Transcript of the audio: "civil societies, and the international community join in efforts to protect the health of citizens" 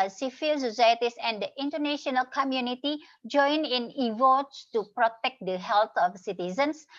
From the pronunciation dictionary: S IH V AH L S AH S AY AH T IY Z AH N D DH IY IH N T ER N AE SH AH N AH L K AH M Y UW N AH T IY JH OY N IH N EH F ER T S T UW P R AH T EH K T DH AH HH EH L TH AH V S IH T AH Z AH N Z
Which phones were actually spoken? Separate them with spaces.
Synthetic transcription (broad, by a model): S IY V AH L S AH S AY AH T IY S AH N D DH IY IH N T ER N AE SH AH N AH L K AH M Y UW N AH T IY JH OY N IH N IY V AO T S T UW P R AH T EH K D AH HH EH L T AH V S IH T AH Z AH N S